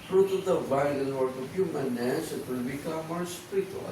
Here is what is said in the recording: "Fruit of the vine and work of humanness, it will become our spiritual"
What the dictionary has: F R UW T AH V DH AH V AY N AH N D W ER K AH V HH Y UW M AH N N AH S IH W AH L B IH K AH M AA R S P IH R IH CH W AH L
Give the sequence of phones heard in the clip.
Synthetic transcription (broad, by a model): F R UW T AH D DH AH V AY L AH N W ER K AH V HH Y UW M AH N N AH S IH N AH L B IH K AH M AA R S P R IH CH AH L